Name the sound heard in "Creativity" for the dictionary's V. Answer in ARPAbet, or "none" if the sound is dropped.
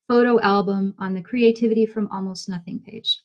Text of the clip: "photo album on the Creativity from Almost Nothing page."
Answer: V